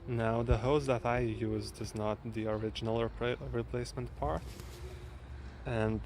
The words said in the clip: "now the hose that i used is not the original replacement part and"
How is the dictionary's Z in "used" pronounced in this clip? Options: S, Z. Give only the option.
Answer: Z